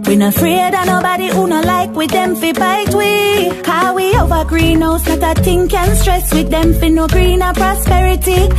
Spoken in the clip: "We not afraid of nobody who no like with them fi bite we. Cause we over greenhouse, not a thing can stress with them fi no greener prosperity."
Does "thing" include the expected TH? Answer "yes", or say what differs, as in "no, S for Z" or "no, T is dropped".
no, T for TH